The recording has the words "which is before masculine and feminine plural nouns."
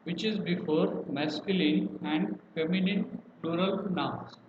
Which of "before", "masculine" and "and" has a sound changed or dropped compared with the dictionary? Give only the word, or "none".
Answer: none